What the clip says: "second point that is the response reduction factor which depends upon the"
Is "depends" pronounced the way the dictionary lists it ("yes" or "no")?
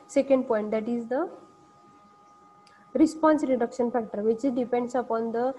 no